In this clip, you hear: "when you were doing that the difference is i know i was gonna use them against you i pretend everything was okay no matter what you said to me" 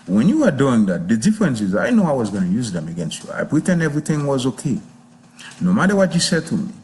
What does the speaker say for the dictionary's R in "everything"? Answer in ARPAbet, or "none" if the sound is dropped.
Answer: R